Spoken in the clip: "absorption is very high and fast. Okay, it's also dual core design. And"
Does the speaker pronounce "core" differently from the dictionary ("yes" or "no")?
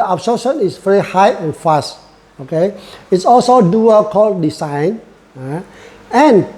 yes